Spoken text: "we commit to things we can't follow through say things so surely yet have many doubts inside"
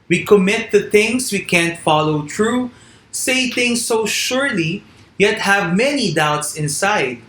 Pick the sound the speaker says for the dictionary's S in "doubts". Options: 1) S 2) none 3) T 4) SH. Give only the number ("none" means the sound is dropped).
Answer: 1